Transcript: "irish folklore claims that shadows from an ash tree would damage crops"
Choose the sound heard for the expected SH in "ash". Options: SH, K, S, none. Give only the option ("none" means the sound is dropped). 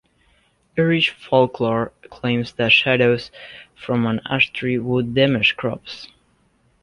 S